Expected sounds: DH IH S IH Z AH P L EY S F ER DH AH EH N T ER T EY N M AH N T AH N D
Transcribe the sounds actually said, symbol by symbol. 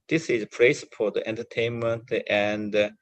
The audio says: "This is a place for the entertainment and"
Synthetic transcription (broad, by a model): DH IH S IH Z AH P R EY S P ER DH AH EH N T ER T EY N M AH N T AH N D